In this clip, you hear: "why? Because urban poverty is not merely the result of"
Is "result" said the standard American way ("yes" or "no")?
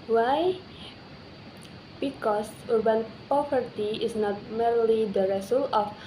no